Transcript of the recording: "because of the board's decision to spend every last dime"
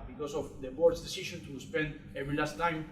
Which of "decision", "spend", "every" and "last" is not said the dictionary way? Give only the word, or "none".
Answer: decision